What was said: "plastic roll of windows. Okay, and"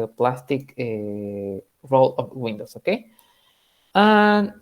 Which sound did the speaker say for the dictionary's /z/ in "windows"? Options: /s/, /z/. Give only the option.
/s/